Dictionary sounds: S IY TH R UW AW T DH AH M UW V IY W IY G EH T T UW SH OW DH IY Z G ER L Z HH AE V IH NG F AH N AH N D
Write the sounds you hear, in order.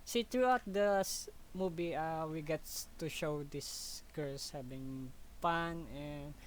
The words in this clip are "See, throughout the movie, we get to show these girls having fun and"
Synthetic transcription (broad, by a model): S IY T R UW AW T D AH M UW B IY W IY G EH T T UW SH OW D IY S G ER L S HH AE B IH NG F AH N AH N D